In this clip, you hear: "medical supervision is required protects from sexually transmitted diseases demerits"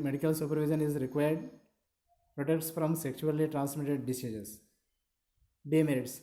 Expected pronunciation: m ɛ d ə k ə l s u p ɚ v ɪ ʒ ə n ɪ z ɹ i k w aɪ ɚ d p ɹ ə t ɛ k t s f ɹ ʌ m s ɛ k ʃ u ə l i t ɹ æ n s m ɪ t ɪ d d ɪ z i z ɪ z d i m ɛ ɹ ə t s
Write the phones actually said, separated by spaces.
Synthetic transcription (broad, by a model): m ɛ d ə k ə l s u p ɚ v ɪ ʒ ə n ɪ z ɹ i k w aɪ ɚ d p ɹ ə t ɛ k t s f ɹ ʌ m s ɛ k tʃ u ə l i t ɹ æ n s m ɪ t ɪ d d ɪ s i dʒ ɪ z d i m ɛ ɹ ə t s